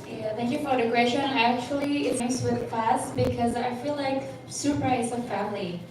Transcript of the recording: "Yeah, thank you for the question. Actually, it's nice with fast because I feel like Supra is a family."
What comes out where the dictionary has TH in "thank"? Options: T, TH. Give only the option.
TH